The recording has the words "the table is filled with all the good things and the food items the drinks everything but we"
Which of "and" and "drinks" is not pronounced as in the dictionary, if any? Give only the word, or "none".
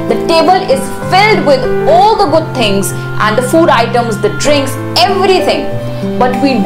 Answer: none